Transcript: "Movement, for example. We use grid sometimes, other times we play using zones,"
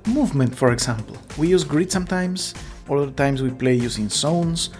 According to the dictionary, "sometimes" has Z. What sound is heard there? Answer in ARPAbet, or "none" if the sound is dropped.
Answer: S